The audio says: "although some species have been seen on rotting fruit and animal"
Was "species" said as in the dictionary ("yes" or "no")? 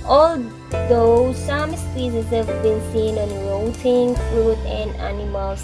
no